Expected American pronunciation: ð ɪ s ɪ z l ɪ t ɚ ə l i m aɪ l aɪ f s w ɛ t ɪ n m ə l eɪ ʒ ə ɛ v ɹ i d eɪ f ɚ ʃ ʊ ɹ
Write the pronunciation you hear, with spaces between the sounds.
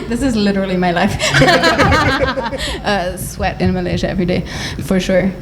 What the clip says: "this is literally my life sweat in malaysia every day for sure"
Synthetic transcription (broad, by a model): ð ɪ s ɪ z l ɪ t ɚ l i m aɪ l aɪ f s w ɛ t ɪ n m ə l eɪ ʒ ə ɛ v ɹ i d eɪ f ɚ ʃ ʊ ɹ